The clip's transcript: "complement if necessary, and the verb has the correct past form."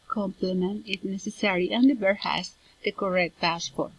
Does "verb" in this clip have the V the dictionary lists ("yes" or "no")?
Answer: no